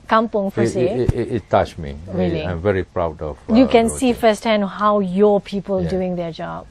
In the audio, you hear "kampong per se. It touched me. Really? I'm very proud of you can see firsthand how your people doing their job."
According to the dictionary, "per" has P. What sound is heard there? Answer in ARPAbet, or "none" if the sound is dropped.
F